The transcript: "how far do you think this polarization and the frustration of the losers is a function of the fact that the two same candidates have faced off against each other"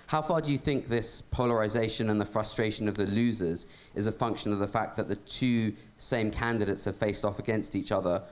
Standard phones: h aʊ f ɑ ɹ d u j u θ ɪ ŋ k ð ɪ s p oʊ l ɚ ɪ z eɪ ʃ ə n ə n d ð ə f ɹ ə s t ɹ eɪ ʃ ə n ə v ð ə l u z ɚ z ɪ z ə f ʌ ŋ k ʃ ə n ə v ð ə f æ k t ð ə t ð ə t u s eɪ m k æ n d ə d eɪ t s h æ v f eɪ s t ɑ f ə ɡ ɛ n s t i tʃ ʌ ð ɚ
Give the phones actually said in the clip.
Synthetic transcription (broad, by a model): h aʊ f ɑ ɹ d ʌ j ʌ θ ɪ ŋ k ð ɪ s p oʊ l ɚ ɪ z eɪ ʃ ə n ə n ð ə f ɹ ə s t ɹ eɪ ʃ ə n ə v ð ə l u z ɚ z ɪ z ə f ʌ ŋ k ʃ ə n ə v ð ə f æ k ð ə t ð ə t u s eɪ m k æ n d ə d eɪ t s h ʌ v f eɪ s t ɑ f ə ɡ ɛ n s t i tʃ ʌ ð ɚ